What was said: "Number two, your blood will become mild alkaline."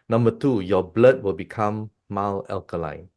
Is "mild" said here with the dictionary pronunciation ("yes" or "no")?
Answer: no